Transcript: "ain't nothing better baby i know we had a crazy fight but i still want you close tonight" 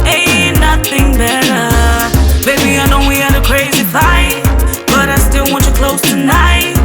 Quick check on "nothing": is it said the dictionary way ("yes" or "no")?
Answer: yes